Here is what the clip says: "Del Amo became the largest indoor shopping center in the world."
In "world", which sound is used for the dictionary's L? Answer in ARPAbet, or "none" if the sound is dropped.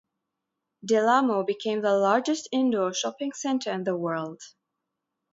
L